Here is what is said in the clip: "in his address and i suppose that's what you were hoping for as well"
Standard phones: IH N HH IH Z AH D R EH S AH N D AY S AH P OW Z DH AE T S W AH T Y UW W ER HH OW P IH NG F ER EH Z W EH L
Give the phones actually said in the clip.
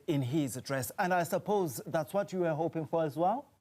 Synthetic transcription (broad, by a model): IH N HH IH Z AH D R EH S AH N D AY S AH P OW Z DH AE T S W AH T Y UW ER HH OW P IH NG F ER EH Z W EH L